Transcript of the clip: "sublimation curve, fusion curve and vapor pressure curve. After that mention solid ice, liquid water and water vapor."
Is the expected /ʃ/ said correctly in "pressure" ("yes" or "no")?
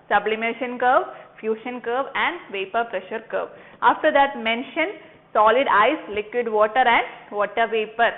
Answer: yes